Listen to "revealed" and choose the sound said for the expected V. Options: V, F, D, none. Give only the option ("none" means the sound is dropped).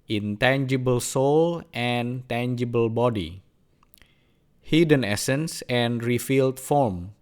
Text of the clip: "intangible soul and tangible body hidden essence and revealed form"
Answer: F